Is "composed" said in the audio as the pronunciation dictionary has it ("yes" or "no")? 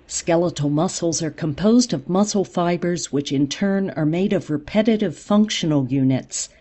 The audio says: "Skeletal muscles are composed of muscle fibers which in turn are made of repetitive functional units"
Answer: yes